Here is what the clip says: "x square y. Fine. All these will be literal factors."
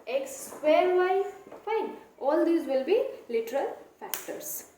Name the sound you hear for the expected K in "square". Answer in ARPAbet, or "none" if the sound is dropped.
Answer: none